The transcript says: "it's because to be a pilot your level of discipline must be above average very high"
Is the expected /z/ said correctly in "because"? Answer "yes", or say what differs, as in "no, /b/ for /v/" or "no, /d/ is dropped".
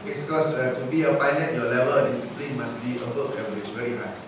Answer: no, /z/ is dropped